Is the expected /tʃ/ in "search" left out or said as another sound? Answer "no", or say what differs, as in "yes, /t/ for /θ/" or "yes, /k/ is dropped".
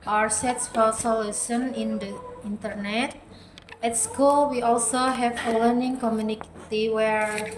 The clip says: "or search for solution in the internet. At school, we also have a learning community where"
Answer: yes, /s/ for /tʃ/